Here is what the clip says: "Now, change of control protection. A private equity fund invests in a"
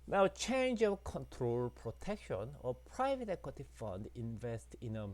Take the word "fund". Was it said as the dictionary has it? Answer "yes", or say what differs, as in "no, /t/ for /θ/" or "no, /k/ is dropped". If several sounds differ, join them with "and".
yes